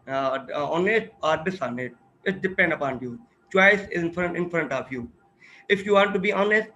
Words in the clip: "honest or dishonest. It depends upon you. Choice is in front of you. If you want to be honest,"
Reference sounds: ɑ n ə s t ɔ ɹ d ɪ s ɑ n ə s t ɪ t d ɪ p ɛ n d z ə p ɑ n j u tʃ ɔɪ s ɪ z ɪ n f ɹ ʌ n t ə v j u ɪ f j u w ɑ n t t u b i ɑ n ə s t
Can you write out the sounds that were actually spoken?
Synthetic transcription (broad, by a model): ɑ n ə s t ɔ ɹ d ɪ s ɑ n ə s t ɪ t d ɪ p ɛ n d ə p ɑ n j u tʃ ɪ s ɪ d ɪ n f ɹ ʌ n t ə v j u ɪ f j u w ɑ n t t u b i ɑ n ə s t